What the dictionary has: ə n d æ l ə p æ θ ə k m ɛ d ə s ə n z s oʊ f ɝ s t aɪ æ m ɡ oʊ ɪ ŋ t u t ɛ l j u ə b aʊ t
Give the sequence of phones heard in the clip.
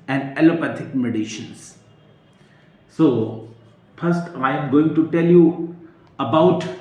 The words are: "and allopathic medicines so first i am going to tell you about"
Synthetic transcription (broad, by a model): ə n d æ l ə p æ t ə k m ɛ d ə ʃ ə n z s oʊ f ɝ s t aɪ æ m ɡ oʊ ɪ ŋ t u t ɛ l j u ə b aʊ t